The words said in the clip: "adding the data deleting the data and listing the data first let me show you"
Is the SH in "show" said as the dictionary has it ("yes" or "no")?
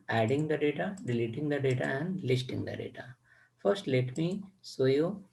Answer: no